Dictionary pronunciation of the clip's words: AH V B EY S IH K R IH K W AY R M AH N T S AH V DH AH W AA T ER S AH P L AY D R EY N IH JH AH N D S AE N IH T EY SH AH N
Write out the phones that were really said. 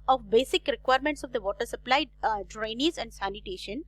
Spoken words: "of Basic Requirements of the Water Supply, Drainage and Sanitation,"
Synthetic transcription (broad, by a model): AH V B EY S IH K R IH K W AY R M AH N T S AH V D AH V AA T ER S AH P L AY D R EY N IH Z AH N D S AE N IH T EY SH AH N